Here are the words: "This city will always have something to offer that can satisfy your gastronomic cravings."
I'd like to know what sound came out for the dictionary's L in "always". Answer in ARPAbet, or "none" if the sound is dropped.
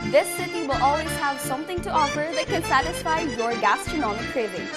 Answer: L